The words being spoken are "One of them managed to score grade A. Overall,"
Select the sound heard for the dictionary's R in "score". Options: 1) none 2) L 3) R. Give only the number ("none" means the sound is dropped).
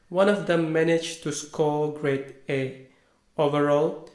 2